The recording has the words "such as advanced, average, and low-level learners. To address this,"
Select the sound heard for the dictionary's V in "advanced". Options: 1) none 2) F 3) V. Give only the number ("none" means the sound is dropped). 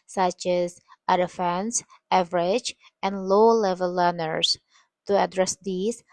2